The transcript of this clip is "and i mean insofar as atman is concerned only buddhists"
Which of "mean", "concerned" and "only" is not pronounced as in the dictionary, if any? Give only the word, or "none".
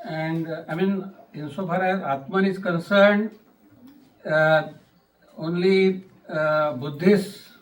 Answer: none